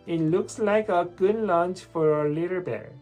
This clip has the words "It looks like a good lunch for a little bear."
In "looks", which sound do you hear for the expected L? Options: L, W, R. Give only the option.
L